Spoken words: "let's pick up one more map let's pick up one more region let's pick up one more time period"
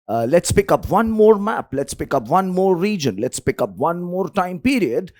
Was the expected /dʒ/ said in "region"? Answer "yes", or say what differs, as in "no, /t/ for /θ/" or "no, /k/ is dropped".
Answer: yes